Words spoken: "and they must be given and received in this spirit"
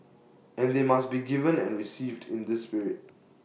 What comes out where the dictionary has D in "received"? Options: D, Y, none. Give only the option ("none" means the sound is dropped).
D